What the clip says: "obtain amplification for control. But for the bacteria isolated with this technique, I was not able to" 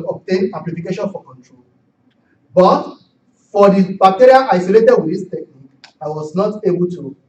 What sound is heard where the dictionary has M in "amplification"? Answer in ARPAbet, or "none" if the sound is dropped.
none